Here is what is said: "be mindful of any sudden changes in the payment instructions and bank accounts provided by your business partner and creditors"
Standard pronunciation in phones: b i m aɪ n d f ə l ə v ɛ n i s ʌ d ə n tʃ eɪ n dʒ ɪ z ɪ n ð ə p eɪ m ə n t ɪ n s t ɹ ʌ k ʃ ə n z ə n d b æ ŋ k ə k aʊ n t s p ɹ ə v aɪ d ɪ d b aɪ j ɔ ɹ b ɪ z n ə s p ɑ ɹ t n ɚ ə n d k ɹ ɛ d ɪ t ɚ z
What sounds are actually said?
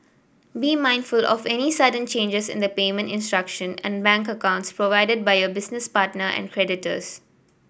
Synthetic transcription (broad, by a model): b i m aɪ n d f ə l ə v ɛ n i s ʌ d ə n tʃ eɪ n dʒ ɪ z ɪ n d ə p eɪ m ə n t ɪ n s t ɹ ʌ k ʃ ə n ə n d b æ ŋ k ə k aʊ n t s p ɹ ə v aɪ d ɪ d b aɪ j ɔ b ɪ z n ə s p ɑ ɹ t n ɚ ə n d k ɹ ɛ d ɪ t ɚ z